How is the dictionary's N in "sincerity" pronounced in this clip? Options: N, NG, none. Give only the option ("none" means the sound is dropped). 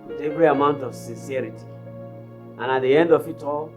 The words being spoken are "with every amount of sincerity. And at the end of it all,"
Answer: N